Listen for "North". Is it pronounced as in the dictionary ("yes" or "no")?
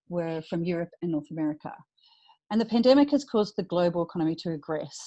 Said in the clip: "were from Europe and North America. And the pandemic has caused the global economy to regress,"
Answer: yes